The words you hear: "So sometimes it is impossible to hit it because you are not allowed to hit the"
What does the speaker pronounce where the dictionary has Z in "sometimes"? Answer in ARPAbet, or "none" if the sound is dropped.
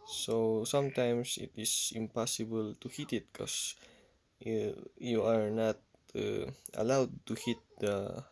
S